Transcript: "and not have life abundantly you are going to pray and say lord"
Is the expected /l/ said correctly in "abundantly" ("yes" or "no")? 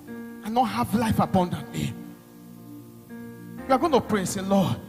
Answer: no